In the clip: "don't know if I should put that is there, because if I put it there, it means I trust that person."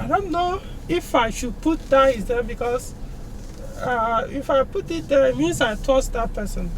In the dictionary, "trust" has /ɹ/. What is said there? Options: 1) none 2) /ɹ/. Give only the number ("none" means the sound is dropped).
1